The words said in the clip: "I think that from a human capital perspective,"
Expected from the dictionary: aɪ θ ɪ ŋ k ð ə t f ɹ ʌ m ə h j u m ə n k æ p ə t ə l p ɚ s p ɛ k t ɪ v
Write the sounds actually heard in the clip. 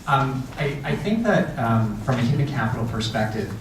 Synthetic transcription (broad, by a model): aɪ θ ɪ ŋ k ð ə t f ɹ ʌ m ə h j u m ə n k æ p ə t l p ɚ s p ɛ k t ɪ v